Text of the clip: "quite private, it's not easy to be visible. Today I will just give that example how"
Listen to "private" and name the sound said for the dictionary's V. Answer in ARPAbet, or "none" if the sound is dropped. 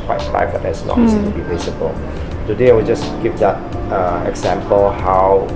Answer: B